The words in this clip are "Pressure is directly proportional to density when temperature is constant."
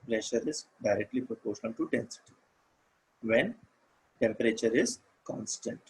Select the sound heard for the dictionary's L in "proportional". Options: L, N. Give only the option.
N